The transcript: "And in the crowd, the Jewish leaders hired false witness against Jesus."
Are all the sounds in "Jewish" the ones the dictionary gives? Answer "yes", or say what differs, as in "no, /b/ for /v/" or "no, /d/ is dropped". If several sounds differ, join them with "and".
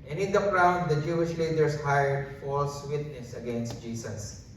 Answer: yes